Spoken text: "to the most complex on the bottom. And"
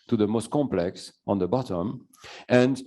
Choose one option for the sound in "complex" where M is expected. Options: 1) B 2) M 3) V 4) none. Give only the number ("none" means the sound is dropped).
2